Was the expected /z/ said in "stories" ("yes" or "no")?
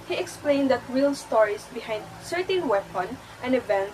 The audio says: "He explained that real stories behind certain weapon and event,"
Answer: no